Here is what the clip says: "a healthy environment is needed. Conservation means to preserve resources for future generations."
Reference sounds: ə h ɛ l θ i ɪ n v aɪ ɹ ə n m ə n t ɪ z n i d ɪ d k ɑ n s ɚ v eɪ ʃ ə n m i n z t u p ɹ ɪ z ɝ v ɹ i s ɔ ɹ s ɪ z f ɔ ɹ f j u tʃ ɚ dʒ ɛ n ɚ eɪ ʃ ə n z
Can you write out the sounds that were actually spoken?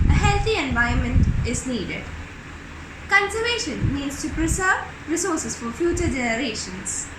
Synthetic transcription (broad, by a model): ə h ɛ l t i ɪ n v aɪ ə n m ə n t ɪ z n i d ɪ d k ɑ n s ɚ v eɪ ʃ ə n m i n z t u p ɹ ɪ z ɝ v ɹ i s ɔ ɹ s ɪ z f ɔ ɹ f j u tʃ ɚ dʒ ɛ n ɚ eɪ ʃ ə n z